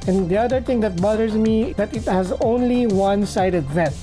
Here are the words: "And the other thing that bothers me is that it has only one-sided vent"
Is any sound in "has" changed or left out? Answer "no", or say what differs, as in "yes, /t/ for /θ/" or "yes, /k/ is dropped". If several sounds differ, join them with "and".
no